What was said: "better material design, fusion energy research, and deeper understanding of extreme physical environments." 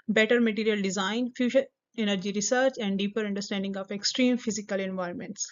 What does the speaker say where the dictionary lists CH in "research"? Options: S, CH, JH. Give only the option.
CH